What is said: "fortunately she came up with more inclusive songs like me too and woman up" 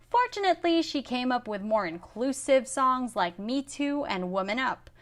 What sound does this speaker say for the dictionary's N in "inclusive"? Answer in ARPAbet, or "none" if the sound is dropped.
N